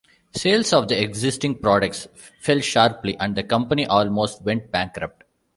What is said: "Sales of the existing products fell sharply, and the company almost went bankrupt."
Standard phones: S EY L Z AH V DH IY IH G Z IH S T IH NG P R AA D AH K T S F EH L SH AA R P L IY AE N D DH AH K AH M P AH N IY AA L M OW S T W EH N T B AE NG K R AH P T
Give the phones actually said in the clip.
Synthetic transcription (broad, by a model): S EY L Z AH V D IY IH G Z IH S T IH NG P R AA D AH K T S F EH L SH AA R P L IY AE N D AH K AH M P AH N IY AA L M OW S T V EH N T B AE NG K R AH P T